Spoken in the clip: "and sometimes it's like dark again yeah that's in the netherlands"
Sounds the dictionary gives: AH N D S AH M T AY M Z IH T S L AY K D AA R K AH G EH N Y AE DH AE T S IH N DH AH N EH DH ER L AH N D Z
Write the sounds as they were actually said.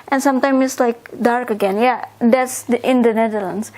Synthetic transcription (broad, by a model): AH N S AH M T AY M IH T S L AY K D AA R K AH G EH N Y AE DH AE T S IH N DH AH N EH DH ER L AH N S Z